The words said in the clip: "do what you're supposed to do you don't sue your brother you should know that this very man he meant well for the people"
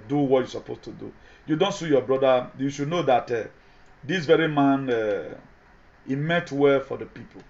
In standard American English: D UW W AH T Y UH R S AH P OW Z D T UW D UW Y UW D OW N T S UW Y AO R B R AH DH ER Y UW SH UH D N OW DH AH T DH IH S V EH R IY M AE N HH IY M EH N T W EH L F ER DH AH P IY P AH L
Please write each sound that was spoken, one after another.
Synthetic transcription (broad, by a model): D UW W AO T Y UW S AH P OW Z T UW D UW Y UW D OW N T S UW Y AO B R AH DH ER Y UW SH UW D N OW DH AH T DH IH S V EH R IY M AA N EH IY M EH T W EH L F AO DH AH P IY P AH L